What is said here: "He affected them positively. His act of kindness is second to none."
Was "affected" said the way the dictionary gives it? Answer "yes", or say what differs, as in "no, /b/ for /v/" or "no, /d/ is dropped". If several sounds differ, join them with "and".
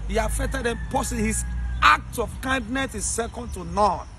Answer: no, /k/ is dropped